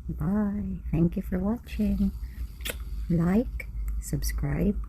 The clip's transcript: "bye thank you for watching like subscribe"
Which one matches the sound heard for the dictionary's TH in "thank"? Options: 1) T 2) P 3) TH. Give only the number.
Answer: 3